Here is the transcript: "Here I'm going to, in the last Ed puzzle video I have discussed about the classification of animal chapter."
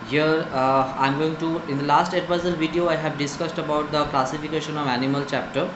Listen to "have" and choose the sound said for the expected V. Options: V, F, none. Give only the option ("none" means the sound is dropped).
V